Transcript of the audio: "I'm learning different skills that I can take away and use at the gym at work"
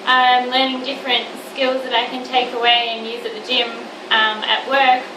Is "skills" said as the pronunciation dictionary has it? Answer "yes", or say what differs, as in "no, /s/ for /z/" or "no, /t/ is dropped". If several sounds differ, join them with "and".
yes